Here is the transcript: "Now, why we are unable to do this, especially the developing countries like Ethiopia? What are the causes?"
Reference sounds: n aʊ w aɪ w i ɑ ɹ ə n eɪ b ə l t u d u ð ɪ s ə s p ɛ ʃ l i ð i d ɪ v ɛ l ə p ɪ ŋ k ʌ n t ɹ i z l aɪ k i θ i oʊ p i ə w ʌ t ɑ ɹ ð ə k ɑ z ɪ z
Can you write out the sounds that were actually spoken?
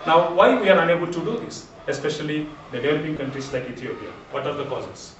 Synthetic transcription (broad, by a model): n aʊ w aɪ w i ɑ ɹ ə n eɪ b ə l t u d u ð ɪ s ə s p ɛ ʃ i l i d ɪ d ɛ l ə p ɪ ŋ k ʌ n t ɹ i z l aɪ k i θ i oʊ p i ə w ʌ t ɑ ɹ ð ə k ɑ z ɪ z